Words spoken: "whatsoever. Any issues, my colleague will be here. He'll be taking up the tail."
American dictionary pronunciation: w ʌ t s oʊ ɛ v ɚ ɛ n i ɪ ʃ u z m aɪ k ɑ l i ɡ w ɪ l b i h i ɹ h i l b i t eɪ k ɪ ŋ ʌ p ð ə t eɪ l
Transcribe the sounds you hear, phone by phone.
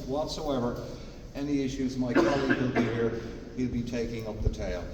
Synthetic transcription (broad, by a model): w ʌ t s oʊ ɛ v ɚ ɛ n i ɪ ʃ u z m aɪ k ɑ l i ɡ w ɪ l b i h i ɹ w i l b i t eɪ k ɪ ŋ ʌ p ð ə t eɪ l